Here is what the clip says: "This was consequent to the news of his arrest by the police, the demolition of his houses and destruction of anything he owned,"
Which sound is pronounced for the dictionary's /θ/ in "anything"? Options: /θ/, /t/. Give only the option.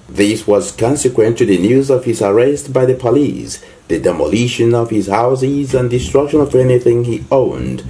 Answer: /θ/